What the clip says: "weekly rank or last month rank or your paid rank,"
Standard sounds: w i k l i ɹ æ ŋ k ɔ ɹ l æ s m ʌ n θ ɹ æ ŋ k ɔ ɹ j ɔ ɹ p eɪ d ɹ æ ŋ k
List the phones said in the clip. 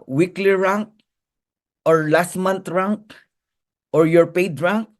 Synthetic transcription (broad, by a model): w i k l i ɹ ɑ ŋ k ɔ ɹ l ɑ s m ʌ n t ɹ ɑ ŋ k ɔ ɹ j ɔ ɹ p eɪ d ɹ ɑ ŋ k